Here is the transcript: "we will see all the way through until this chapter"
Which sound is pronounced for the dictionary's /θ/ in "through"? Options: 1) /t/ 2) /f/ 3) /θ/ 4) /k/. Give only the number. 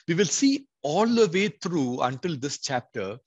1